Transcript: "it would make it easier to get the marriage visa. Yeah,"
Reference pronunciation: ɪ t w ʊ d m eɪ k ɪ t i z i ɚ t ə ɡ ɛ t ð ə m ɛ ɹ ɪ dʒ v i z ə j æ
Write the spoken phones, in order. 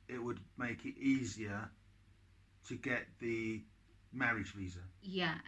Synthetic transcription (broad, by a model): ɪ t w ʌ d m eɪ k ɪ t i z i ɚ t ə ɡ ɛ t ð ə m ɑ ɹ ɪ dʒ v i z ə j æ